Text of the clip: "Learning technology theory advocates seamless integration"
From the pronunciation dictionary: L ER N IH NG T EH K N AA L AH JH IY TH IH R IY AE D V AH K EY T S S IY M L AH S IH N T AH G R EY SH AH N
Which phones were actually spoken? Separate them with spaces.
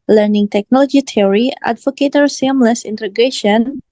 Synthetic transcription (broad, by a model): L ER N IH NG T EH K N AA L AH JH IY T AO R IY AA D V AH K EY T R S IY M L AH S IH N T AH G R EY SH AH N